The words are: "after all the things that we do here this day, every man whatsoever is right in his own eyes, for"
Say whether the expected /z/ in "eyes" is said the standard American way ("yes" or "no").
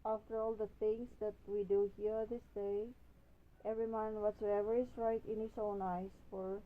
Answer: no